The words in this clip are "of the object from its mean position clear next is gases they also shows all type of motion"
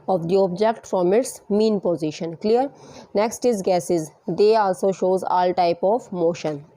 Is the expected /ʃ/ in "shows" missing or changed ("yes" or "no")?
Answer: no